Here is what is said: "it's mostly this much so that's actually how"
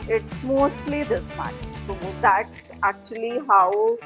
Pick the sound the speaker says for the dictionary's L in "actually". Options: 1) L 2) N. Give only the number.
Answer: 1